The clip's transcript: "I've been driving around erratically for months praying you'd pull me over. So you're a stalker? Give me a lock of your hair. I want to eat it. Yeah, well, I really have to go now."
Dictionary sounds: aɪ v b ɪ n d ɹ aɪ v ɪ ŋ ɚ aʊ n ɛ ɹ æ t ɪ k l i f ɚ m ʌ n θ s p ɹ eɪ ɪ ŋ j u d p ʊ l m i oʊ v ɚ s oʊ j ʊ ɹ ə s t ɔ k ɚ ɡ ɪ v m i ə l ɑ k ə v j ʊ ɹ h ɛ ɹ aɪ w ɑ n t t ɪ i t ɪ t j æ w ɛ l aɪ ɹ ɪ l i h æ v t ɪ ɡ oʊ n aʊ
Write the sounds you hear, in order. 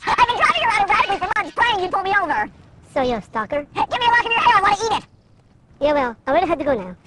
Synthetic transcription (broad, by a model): aɪ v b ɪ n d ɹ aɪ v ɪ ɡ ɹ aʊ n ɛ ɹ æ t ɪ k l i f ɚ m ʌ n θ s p l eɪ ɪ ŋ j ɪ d p ʊ l m i oʊ v ɚ s oʊ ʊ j ə s t ɔ k ɚ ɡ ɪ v m i ə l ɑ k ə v j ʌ ɹ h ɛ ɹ aɪ w ɑ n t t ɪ i t ɪ t j æ w ɛ l aɪ w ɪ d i h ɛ t ɪ ɡ oʊ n aʊ